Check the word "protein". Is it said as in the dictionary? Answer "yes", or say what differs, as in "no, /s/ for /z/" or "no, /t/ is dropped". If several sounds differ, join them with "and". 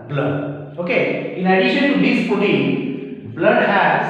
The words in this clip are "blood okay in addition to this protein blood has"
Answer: no, /ɹ/ is dropped